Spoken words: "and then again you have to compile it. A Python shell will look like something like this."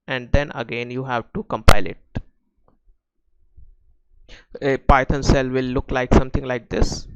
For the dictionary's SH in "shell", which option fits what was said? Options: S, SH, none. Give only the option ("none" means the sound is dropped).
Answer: S